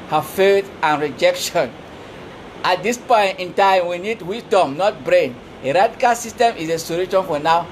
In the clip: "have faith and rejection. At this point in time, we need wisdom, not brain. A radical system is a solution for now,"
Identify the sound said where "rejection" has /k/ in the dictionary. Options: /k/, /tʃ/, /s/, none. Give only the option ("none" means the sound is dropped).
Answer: /k/